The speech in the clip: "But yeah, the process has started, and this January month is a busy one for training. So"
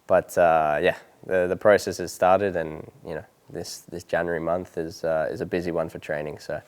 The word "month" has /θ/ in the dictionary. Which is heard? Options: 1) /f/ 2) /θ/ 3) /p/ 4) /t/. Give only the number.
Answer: 2